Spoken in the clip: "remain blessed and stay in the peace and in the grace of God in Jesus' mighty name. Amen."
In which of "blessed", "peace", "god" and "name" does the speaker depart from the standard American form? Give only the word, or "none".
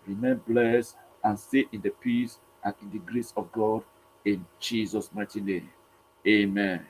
blessed